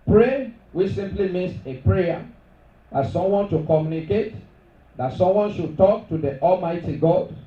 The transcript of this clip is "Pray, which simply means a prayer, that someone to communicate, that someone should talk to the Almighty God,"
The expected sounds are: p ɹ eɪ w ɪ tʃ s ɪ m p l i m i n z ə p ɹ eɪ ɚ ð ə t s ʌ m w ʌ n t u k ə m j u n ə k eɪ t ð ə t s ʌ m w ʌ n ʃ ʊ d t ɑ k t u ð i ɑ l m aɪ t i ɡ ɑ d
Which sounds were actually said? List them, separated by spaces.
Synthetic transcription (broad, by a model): p ɹ eɪ w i s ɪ m p l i m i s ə p ɹ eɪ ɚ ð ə t s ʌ m w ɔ n t u k ə m j u n ə k eɪ t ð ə t s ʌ m w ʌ n ʃ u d t ɑ k t u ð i ɑ l m aɪ t i ɡ ɑ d